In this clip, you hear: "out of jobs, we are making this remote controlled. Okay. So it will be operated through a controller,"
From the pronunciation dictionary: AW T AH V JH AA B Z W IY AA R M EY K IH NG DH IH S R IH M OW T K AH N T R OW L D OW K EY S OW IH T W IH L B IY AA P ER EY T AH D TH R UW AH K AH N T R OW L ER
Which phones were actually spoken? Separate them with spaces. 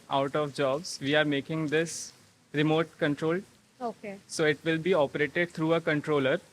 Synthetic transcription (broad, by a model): AW T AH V JH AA B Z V IY AA R M EY K IH NG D IH S R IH M OW T K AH N T R OW L OW K EY S OW IH T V IH L B IY AA P ER EY T AH D T R UW AH K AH N T R OW L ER